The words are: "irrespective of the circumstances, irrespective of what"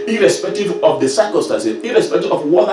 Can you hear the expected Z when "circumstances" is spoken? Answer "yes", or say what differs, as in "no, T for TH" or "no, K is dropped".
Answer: no, Z is dropped